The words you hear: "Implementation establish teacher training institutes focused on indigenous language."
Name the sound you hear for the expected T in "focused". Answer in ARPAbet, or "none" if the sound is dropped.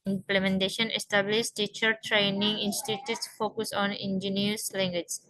none